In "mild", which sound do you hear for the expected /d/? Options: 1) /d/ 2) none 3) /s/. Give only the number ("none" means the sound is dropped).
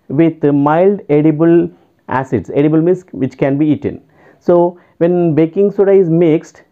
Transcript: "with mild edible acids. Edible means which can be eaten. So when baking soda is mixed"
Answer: 1